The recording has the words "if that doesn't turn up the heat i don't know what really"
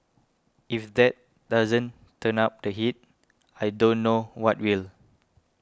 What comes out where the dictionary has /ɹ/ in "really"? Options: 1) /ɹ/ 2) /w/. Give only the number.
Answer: 2